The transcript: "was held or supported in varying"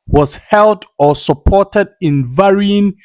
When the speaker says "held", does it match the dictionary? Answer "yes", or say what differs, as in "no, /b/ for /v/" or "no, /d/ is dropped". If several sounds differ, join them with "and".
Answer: yes